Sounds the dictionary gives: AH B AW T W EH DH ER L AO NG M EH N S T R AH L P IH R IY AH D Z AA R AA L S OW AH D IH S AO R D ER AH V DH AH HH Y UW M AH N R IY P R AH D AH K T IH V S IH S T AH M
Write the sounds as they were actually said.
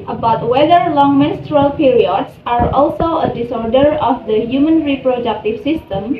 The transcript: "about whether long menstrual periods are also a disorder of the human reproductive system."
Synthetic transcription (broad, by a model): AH B AW T W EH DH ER L AO NG M EH N S T R AH L P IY R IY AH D S AA R AA L S OW AH D IH S AO R D ER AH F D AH HH Y UW M AH N R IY P R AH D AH K T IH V S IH S T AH M